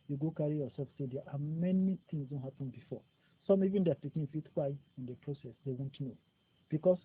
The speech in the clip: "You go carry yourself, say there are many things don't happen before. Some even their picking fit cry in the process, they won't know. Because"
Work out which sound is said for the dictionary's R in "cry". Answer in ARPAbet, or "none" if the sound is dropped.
W